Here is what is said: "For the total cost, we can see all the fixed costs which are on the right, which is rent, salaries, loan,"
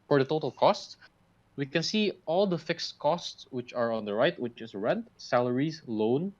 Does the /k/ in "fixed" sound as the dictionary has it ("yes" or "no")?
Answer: yes